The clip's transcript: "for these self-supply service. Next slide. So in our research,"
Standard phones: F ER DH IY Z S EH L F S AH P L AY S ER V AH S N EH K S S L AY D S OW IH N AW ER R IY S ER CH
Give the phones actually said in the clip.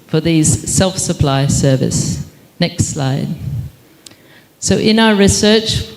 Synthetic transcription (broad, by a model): F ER DH IY Z S EH L F S AH P L AY S ER V AH S N EH K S S L AY D S OW IH N AW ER R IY S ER CH